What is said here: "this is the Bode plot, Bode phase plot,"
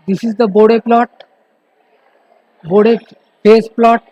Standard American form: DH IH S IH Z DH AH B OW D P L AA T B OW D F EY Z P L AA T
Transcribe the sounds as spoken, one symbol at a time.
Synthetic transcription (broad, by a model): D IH S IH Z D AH B OW D P L AA T B OW D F EY S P L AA T